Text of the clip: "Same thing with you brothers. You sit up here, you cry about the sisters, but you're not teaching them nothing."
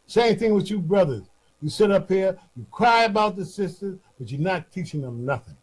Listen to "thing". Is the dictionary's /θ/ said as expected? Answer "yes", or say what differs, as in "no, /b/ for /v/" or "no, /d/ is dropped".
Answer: yes